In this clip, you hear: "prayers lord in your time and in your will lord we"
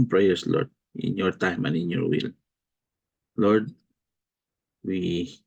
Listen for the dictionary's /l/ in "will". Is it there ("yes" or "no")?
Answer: yes